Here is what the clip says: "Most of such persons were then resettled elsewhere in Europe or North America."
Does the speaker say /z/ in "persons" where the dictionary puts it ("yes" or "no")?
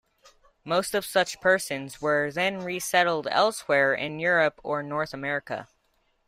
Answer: yes